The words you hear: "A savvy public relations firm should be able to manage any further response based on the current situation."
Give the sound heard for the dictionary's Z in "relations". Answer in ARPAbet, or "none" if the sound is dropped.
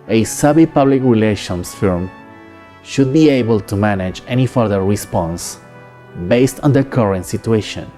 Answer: S